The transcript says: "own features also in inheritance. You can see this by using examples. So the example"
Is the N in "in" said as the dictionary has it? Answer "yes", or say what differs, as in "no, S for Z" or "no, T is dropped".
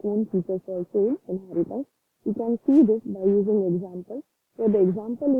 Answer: no, L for N